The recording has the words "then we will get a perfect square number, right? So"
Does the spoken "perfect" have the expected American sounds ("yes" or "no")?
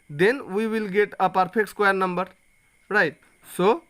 no